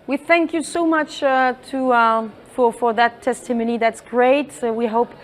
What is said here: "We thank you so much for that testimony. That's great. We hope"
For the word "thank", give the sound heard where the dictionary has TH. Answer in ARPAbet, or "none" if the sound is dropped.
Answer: TH